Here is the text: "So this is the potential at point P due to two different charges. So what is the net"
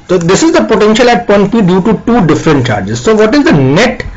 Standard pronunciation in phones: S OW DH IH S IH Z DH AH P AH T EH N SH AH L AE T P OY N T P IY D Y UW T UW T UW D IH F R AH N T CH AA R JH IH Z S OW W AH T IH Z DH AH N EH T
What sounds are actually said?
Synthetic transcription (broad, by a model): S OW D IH S IH Z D AH P AH T EH N SH AH L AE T P OY N T B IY D Y UW T UW T UW D IH F R AH N T CH AA R JH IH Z S OW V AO T IH Z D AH N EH T